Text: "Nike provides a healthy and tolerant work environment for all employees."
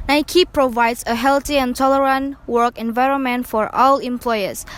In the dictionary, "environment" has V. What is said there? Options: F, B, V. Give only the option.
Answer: V